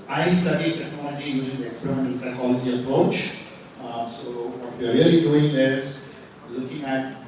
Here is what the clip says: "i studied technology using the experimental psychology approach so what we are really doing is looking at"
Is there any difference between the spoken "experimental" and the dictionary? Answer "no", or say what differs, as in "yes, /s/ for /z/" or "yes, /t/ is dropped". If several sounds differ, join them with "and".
yes, /n/ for /l/